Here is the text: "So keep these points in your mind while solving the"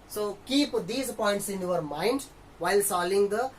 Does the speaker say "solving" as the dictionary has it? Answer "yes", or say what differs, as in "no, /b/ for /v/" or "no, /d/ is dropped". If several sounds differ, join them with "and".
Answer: no, /v/ is dropped